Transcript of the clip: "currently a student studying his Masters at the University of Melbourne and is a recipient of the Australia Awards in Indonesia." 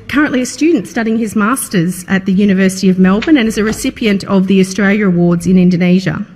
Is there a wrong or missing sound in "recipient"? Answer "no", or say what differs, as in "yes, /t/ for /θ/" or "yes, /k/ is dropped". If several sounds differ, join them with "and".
no